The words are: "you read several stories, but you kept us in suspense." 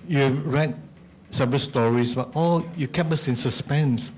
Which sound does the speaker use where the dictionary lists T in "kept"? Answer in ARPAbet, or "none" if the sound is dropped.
none